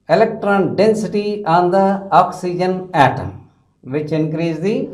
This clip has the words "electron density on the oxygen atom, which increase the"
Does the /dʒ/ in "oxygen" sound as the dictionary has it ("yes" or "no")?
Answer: yes